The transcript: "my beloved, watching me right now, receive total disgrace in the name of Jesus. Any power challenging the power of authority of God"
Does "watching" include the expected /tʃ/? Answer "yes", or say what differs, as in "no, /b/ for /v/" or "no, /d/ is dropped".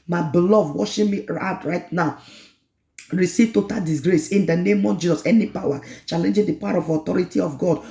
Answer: no, /ʃ/ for /tʃ/